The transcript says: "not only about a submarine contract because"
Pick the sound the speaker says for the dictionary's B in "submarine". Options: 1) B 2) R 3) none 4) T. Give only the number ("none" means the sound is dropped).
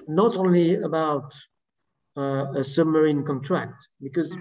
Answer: 1